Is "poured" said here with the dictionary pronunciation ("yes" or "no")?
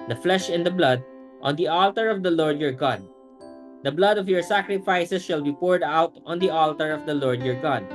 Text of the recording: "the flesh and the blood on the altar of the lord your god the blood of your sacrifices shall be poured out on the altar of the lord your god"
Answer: yes